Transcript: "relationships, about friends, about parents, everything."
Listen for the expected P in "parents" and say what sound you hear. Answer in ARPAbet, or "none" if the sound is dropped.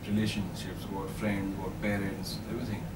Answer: B